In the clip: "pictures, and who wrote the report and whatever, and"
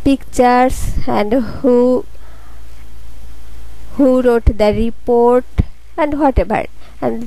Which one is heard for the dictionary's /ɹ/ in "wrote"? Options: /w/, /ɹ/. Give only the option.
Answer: /ɹ/